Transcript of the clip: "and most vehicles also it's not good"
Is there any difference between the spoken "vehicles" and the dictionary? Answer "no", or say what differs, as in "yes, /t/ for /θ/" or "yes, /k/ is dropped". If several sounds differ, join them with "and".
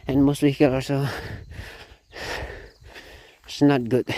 yes, /z/ is dropped